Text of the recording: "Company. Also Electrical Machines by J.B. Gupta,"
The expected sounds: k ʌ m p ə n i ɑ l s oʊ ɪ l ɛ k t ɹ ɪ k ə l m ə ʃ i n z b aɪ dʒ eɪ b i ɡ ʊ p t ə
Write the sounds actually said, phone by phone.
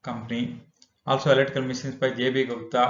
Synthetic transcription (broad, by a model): k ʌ m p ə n i ɑ l s oʊ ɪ l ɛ t ɪ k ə l m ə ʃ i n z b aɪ dʒ eɪ b i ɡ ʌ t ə